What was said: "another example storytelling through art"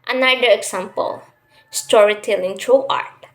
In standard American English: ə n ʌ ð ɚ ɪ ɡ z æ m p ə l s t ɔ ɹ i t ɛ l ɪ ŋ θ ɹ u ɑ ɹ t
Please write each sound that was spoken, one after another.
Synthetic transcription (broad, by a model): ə n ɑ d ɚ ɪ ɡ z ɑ m p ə l s t ɔ ɹ i t ɛ l ɪ ŋ t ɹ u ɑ ɹ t